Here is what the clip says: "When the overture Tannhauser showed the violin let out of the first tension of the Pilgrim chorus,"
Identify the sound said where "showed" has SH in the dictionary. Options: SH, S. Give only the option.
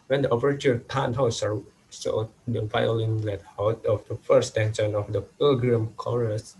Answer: S